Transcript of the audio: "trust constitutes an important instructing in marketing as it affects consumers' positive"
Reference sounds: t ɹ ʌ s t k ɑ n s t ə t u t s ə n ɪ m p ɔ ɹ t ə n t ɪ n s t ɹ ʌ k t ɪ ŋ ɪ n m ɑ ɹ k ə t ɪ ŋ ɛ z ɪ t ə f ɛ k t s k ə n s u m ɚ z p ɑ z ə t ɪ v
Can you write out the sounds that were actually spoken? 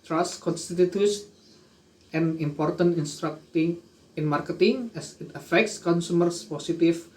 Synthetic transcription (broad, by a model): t ɹ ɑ s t k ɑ n s t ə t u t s ə n ɪ m p ɔ ɹ t ə n t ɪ n s t ɹ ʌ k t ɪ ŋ ɪ n m ɑ ɹ k ə t ɪ ŋ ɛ s ɪ t ə f ɛ k t s k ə n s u m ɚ s p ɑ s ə t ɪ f